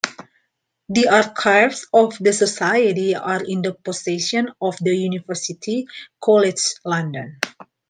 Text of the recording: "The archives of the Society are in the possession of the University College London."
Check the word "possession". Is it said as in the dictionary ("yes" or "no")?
no